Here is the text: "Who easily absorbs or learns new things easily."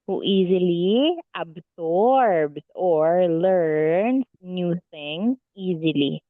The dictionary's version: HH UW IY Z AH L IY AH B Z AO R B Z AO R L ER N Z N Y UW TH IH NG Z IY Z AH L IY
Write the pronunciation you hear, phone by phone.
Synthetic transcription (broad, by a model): HH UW IY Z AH L IY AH B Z AO R B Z AO R L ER N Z N Y UW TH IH NG IY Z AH L IY